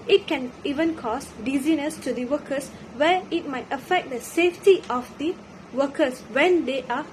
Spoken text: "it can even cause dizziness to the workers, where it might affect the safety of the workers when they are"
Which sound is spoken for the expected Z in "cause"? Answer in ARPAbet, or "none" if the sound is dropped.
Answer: S